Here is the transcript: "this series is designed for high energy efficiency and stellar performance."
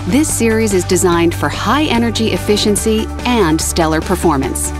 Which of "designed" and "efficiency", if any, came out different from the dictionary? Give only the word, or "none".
none